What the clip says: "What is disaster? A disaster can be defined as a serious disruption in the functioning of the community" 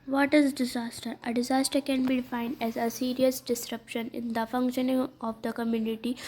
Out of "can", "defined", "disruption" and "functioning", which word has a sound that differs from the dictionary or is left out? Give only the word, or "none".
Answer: none